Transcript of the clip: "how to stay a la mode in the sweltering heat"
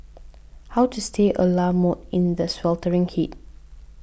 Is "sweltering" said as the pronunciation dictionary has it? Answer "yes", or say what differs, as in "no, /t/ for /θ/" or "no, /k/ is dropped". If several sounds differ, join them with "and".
yes